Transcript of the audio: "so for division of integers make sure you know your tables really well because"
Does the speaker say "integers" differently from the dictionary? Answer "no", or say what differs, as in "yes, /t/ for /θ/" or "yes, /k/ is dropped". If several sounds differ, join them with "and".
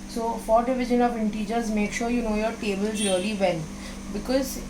no